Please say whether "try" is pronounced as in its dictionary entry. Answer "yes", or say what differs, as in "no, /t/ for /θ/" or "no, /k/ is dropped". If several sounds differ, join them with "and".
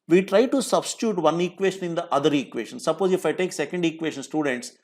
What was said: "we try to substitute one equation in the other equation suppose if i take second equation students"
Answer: yes